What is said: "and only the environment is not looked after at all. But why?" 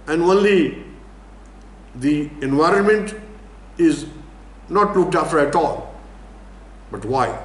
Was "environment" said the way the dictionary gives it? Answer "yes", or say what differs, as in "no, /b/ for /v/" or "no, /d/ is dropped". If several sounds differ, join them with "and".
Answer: yes